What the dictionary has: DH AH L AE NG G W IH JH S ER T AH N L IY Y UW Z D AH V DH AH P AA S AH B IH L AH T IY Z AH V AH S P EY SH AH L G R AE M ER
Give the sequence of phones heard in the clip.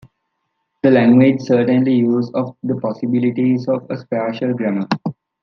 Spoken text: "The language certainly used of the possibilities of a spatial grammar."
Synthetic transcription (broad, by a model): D AH L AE NG G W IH JH S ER T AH N L IY Y UW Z AH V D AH P AA S AH B IH L AH T IY Z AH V AH S P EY SH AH L G R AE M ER